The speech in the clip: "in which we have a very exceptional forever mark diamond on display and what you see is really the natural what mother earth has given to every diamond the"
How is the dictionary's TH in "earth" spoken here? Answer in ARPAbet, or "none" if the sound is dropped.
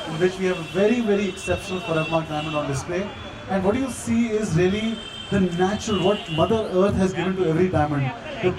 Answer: T